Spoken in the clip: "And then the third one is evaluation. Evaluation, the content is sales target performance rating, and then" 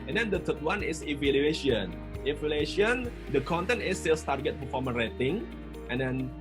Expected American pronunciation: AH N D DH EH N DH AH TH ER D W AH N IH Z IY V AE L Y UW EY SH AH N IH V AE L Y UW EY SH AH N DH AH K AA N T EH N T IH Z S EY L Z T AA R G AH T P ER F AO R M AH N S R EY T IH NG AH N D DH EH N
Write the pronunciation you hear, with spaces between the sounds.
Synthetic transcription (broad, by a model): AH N D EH N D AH T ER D W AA N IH S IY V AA L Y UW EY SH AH N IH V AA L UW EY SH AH N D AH K AA N T EH N T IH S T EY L S T AA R G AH T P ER F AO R M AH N R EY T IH NG AH N D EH N